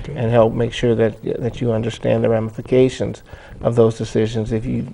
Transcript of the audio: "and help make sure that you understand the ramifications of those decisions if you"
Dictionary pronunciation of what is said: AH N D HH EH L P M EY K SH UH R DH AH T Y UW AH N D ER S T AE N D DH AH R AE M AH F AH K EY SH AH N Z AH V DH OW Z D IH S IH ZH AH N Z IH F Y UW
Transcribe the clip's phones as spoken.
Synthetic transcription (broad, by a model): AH N HH EH L P M EY K SH UH R DH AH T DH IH AH N D ER S T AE N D DH AH R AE M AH F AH K EY SH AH N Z AH V DH OW Z D IH S IH ZH AH N Z IH F Y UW